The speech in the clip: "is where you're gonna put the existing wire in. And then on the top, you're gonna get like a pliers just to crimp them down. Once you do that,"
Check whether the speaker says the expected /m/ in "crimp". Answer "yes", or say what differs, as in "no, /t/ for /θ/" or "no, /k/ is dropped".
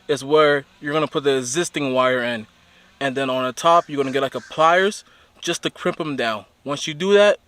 yes